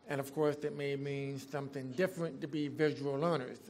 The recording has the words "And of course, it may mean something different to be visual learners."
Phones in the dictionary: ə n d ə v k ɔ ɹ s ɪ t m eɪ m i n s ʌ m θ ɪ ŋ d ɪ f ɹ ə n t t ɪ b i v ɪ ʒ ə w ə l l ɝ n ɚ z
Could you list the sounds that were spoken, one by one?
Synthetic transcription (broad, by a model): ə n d ə v k ɔ ɹ s ɪ t m eɪ m i n s ʌ m θ ɪ ŋ d ɪ f ɹ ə n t t ɪ b i v ɪ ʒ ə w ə l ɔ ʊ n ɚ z